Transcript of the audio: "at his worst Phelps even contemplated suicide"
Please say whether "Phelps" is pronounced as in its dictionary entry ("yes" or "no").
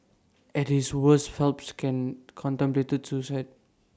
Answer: yes